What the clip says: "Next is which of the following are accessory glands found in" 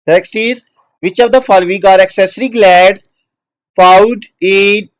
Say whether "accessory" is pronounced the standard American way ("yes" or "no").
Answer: yes